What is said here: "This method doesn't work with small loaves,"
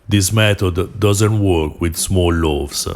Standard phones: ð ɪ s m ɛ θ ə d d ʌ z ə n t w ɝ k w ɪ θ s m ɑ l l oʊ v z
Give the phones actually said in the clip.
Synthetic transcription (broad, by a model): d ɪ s m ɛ t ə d d ʌ z ə n t w ɝ k w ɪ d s m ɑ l l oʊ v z